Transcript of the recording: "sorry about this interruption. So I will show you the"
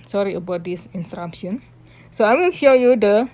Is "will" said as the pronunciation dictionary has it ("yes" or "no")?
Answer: no